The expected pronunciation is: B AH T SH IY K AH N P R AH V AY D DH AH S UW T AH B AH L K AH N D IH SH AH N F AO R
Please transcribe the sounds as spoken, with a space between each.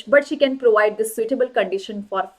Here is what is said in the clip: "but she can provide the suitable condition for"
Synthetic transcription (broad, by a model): B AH T SH IY K AH N P R AH V AY D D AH S UW T AH B AH L K AH N D IH SH AH N F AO R